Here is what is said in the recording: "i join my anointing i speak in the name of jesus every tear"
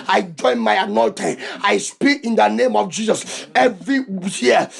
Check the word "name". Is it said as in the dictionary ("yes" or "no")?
yes